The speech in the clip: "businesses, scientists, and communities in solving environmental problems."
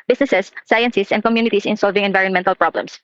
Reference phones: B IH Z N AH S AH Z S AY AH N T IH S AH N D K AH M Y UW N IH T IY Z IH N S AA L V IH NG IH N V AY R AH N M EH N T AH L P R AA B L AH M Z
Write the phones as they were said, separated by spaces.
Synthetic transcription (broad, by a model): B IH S N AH S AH S AY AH N S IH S AH N D K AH M Y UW N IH T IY S IH N S AA L V IH NG IH N V AY R AH N M EH N T AH L P R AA B L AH M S